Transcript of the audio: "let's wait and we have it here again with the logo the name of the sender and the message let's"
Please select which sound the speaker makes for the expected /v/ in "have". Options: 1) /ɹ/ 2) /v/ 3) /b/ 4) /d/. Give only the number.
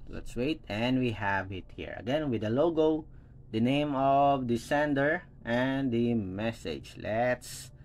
2